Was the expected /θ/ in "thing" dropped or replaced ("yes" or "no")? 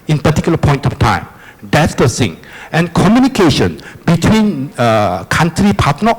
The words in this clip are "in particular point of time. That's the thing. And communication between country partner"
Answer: yes